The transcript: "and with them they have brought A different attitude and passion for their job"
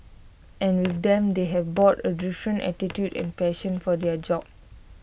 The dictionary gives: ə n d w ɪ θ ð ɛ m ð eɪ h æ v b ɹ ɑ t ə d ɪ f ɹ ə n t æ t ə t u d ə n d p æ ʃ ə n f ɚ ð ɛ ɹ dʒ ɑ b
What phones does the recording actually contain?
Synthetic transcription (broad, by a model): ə n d w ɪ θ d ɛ m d eɪ h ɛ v b ɑ t ə d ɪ f ɹ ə n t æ t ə t u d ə n p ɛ ʃ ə n f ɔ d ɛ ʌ dʒ ɑ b